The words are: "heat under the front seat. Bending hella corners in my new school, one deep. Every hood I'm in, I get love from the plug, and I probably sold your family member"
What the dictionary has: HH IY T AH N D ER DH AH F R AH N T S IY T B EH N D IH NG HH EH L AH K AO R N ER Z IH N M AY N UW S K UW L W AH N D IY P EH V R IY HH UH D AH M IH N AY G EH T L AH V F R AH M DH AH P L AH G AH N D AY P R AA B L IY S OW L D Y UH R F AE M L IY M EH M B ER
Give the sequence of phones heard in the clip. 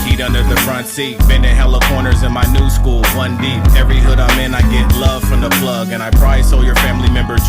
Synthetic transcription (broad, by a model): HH IY T AH N D ER DH AH F R AH N T S IY T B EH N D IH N HH EH L AH K AO R N ER Z IH N M AY N UW S K UW L W AH N D IY P EH V R IY HH UH D AH M IH N AY G EH T L AH V F R AH M DH AH P L AH G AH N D AY P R AA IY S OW L Y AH R F AE M L IY M EH M B ER